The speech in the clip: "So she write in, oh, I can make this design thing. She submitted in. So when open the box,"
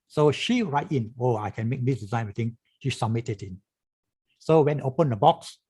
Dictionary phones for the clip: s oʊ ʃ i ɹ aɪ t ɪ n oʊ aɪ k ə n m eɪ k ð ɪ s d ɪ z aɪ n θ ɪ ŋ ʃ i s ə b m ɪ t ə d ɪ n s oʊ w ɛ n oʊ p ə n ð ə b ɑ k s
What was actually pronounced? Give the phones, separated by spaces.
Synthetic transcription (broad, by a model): s oʊ ʃ i ɹ aɪ t ɪ n oʊ aɪ k ə n m eɪ k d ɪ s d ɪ z aɪ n t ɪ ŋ ʃ i s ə m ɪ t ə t ɪ n s oʊ w ɛ n oʊ p ə n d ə b ɑ k s